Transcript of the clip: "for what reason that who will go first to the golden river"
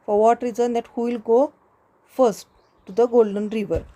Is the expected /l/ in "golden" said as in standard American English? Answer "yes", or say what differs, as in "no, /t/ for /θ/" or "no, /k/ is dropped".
yes